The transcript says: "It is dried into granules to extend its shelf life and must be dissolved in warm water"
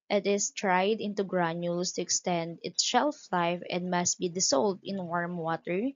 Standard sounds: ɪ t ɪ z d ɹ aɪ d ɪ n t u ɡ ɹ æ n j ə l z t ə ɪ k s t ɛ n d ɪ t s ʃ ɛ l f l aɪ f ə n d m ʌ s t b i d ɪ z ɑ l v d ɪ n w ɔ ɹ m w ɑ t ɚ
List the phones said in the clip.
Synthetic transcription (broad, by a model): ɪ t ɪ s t ɹ aɪ d ɪ n t u ɡ ɹ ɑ n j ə l s t ə ɪ k s t ɛ n d ɪ t s ʃ ɛ l f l aɪ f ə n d m ʌ s t b i d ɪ s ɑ l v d ɪ n w ɔ ɹ m w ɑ t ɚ